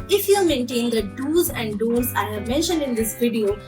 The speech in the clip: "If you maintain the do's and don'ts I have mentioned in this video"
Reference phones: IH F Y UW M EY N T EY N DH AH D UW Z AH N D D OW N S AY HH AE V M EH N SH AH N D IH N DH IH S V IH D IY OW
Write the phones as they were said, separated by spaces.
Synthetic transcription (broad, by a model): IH F Y UW M EY N T EY N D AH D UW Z AH N D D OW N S AY HH AE V M EH N SH AH N D IH N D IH S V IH D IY OW